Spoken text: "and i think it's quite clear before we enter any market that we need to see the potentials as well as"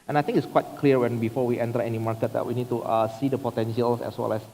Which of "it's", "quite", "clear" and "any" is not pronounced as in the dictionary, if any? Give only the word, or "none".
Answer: clear